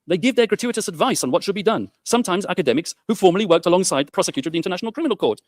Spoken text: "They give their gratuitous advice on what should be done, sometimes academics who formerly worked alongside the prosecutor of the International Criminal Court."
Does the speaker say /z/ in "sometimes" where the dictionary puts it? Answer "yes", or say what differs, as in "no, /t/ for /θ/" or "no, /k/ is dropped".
yes